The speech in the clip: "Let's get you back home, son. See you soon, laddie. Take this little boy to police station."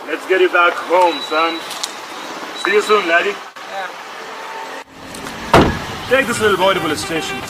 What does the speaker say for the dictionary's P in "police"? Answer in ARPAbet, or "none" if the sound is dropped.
B